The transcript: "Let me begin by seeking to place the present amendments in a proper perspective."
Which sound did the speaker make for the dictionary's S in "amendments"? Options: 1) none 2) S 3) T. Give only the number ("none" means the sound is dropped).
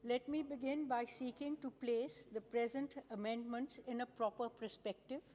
2